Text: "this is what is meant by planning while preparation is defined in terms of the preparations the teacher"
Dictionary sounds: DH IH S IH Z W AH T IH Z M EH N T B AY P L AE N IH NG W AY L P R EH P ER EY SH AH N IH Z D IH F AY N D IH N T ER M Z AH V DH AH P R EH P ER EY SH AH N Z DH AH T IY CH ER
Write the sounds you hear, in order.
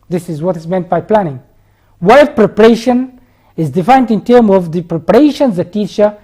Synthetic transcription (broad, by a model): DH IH S IH Z W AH T IH Z M EH N T B AY P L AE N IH NG W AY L P R EH P ER EY SH AH N IH Z D IH F AY N D IH N T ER M AH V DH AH P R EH P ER EY SH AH N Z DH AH T IY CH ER